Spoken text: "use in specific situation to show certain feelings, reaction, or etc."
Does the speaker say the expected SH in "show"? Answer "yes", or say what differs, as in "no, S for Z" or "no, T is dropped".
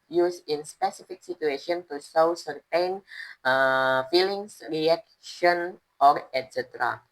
no, S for SH